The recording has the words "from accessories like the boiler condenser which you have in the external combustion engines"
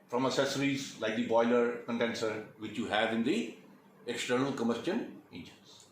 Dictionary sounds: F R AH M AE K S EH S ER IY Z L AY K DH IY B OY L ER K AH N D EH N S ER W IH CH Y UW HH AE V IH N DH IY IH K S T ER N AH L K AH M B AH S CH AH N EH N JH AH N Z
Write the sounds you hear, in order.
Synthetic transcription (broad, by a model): F R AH M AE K S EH S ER IY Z L AY K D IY B OY L ER K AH N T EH N S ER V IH CH Y UW HH AE V IH N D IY IH K S T ER N AH L K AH M AH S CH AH N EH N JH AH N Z